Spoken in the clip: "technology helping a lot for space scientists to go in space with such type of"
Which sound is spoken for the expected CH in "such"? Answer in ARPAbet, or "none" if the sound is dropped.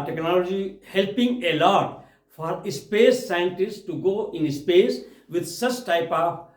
CH